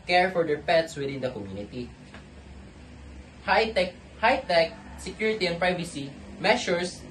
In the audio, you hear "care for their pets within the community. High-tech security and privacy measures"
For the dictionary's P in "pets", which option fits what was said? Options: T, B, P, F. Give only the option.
P